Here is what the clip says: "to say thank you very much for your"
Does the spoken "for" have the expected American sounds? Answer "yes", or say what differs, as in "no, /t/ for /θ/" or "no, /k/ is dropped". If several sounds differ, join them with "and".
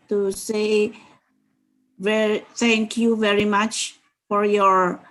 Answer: yes